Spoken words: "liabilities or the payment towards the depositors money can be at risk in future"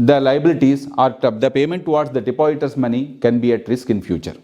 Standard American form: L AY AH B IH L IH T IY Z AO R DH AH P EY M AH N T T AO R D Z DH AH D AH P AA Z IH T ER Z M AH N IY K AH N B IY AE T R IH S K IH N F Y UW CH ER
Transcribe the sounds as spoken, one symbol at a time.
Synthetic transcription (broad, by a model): L AY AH B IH L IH T IY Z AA R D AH P EY M AH N T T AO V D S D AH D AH P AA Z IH T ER S M AH N IY K AH N B IY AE T R IH S K IH N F Y UW CH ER